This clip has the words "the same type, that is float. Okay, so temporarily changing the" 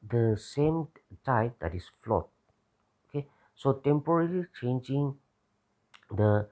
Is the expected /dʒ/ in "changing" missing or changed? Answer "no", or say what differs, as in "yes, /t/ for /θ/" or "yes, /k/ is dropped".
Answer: no